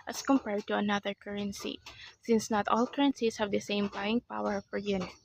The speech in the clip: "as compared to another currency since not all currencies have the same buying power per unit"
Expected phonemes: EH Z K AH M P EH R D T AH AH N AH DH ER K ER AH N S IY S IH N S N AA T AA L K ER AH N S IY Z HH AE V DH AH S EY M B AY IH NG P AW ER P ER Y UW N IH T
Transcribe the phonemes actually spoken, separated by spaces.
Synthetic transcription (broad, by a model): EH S K AH M P EH R D T AH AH N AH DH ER K ER AH N S IY S IH N S N AA T AA L K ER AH N S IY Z HH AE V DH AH S EY M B AY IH NG P AW ER F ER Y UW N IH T